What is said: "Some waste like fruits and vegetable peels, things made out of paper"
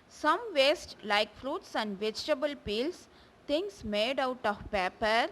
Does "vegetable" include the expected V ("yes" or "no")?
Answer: yes